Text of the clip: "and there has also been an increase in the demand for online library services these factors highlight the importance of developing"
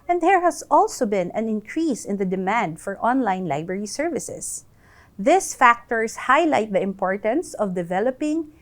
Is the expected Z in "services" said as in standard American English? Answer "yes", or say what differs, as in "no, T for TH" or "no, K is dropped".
no, S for Z